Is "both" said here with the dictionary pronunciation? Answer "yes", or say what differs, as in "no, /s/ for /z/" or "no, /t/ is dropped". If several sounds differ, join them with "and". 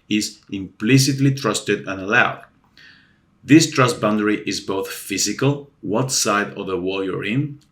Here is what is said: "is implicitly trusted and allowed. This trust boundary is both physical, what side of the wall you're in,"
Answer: yes